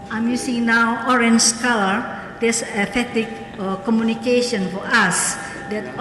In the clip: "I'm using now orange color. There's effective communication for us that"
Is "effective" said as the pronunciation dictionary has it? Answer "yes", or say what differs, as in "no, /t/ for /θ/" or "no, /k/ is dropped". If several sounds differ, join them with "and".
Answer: no, /k/ is dropped